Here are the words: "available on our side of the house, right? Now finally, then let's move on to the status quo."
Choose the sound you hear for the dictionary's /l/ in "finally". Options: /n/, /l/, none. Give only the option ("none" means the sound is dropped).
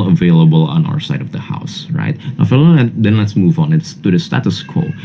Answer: none